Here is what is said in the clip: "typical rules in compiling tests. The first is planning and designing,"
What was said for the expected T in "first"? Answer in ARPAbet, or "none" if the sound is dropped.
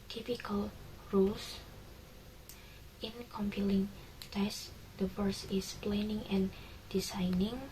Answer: none